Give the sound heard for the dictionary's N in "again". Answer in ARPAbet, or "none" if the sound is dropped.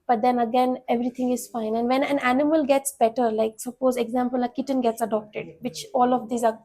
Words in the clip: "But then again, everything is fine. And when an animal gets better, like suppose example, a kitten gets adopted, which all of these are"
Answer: N